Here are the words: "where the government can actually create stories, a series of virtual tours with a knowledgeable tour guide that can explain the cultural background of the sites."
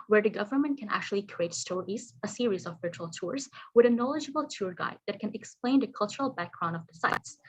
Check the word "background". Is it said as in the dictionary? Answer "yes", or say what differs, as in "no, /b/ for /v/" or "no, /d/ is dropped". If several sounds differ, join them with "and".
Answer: no, /d/ is dropped